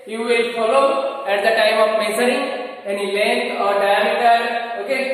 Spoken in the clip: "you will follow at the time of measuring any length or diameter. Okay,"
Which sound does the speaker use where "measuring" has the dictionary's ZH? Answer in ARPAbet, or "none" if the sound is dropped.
S